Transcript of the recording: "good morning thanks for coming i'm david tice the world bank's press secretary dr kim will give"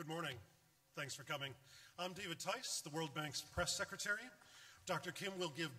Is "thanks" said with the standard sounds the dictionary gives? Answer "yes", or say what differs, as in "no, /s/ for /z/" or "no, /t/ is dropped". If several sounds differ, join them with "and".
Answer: yes